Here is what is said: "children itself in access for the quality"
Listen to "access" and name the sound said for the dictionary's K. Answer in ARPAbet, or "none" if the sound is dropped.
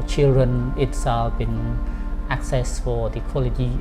K